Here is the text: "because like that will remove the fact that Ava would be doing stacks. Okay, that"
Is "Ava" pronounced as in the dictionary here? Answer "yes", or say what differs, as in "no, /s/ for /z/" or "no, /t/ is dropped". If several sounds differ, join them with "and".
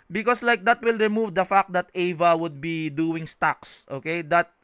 yes